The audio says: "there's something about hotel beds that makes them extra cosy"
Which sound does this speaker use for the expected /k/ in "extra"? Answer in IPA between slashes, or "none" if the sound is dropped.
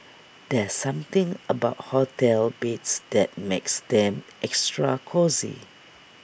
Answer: /k/